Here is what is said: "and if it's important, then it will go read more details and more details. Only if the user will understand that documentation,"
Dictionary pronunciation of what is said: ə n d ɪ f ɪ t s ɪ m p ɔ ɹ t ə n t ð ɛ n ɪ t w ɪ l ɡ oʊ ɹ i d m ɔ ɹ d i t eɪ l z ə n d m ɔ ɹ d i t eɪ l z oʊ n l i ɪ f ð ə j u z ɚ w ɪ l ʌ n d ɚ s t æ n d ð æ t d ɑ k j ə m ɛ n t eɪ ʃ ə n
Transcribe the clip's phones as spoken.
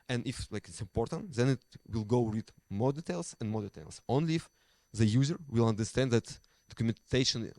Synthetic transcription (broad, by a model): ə n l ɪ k ɪ t s ɪ m p ɔ ɹ t ə n t ð ɛ n ɪ t w ɪ l ɡ oʊ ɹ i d m ɔ ɹ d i t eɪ l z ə n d m ɔ ɹ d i t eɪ l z oʊ n l i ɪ f ð ə j u z ɚ w ɪ l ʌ n d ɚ s t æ n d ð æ t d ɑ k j m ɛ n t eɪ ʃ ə n